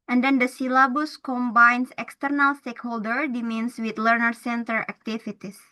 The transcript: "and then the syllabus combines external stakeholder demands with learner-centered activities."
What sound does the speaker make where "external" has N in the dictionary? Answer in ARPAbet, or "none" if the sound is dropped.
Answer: N